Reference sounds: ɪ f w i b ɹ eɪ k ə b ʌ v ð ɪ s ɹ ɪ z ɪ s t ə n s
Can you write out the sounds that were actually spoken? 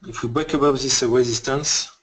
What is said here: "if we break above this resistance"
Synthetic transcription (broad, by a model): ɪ f w i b eɪ k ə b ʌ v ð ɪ s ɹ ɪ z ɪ s t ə n s